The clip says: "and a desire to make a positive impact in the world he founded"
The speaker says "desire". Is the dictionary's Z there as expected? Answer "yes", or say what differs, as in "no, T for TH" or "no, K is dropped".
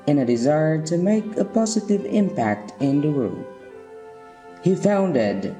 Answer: yes